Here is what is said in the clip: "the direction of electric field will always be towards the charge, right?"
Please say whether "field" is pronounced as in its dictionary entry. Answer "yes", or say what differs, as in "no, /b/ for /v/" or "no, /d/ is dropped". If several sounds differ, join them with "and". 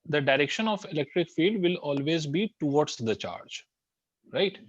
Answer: no, /l/ is dropped